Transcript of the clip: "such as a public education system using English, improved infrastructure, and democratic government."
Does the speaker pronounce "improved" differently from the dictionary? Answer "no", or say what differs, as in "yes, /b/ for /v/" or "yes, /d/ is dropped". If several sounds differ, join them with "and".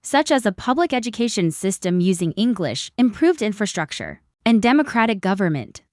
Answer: no